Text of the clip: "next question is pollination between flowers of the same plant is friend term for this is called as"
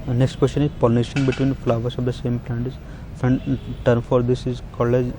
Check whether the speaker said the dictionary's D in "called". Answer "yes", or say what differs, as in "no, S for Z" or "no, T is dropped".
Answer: no, D is dropped